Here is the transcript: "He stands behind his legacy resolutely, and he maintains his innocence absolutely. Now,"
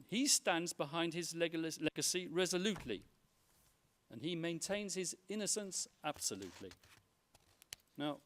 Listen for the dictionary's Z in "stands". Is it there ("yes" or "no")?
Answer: yes